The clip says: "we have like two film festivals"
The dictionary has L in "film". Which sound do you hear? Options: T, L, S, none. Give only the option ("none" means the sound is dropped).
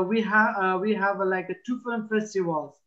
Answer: none